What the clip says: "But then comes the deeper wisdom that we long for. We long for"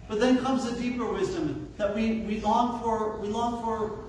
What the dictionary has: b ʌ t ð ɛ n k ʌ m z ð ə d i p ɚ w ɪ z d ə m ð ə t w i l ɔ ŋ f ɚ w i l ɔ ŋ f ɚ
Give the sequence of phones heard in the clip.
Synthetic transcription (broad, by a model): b ʌ t ð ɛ n k ʌ m z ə d i p ɚ w ɪ z d ə m ð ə t w i l ɔ ŋ f ɚ w i l ɔ ŋ f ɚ